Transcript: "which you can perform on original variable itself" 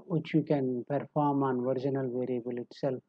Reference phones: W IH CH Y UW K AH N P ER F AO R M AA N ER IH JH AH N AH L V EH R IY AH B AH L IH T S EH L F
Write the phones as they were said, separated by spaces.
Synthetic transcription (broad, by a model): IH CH Y UW K AH N P ER F AO R M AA N ER IH JH AH N AH L V EH R IY AH B AH L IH T S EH L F